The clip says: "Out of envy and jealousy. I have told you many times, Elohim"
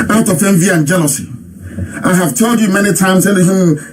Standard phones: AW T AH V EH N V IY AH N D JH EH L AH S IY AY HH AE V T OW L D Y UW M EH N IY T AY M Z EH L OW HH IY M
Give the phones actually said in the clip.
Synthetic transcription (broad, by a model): AW T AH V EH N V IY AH N JH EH N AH S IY AY HH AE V T OW L D Y UW M EH N IY T AY M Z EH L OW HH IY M